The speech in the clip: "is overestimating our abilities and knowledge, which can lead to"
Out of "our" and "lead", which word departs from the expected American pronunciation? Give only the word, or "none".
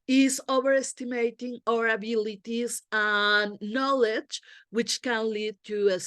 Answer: none